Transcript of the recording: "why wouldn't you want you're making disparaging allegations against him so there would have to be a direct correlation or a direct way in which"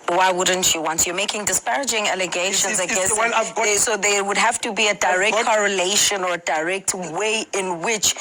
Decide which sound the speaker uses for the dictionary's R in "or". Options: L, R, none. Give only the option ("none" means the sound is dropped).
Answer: R